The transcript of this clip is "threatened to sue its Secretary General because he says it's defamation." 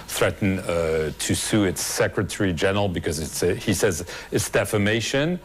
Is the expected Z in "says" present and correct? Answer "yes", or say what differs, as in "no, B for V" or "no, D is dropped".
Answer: yes